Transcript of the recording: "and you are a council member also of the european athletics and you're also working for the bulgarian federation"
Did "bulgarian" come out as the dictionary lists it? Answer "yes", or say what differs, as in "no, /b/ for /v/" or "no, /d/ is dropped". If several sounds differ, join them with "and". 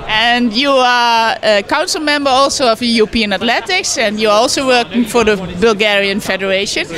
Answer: yes